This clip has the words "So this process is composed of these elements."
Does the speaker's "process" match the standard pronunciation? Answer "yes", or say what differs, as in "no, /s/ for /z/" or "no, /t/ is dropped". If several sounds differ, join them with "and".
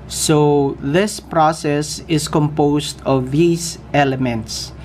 yes